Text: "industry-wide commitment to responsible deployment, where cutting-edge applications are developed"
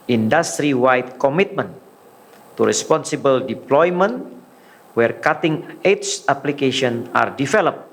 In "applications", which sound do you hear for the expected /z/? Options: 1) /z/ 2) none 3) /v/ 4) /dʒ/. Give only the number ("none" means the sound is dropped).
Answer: 2